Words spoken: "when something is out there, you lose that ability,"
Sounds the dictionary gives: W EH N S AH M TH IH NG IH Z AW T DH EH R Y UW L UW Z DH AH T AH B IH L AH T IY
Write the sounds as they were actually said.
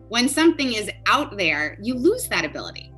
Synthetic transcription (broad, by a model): W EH N S AH M TH IH NG IH Z AW T DH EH R Y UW L UW Z DH AH T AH B IH L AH T IY